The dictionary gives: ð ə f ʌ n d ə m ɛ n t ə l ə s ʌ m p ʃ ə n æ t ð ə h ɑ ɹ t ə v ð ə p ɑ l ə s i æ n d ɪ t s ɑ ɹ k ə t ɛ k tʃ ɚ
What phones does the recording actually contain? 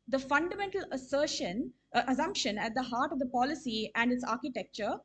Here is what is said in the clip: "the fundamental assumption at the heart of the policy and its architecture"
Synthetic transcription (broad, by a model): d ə f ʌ n d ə m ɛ n t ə l ə s ʌ m p ʃ ə n æ t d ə h ɑ ɹ t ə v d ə p ɑ l ə s i æ n d ɪ t s ɑ ɹ k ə t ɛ k tʃ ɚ